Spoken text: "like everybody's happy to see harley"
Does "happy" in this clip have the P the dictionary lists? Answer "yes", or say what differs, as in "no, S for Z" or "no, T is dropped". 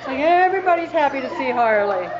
yes